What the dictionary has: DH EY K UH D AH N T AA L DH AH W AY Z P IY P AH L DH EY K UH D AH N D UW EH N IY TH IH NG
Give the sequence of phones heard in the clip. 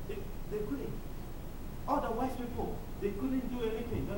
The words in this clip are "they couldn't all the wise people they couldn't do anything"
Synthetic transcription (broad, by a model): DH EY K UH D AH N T AA L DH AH W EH S P IY P AH L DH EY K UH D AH N D UW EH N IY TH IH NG